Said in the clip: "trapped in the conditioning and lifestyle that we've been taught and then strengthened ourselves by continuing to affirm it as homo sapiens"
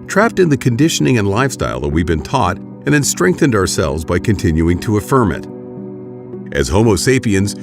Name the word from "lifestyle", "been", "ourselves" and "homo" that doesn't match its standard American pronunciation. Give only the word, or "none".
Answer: none